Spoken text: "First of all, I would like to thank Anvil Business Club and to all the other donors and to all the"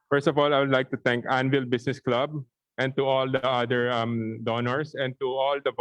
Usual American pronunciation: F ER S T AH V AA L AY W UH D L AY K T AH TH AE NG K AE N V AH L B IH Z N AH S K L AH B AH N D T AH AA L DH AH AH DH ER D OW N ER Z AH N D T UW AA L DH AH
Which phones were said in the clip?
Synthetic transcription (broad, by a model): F ER S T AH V AA L AY W UH D L AY K T AH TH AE NG K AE N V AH L B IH S N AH S K L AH B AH N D T AH AA L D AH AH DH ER D OW N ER S AH N D T UW AA L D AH